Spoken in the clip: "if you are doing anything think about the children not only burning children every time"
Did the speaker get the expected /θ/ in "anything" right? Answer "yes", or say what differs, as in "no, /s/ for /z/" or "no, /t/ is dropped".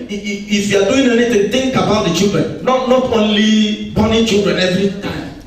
no, /t/ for /θ/